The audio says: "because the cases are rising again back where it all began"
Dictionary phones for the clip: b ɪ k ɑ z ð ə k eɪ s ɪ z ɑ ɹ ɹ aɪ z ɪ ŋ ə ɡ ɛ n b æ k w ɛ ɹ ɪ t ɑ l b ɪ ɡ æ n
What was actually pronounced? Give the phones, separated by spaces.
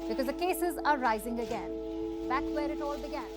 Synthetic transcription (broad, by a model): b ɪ k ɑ z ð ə k eɪ s ɪ z ɑ ɹ ɹ aɪ z ɪ ŋ ə ɡ ɛ n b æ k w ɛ ɹ ɪ t ɑ l b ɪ ɡ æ n